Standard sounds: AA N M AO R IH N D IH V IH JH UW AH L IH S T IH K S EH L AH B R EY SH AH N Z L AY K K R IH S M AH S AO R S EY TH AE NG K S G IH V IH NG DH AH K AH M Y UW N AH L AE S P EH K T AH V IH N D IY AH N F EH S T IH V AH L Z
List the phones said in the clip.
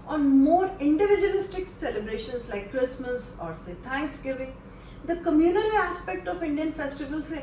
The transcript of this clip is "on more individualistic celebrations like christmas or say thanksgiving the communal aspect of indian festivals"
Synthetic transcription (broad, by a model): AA N M AO R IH N D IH V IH JH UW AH L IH S T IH K S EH L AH B R EY SH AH N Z L AY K K R IH S M AH S AO R S EY T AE NG K S G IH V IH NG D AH K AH M Y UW N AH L AE S P EH K T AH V IH N D IY AH N F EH S T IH V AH L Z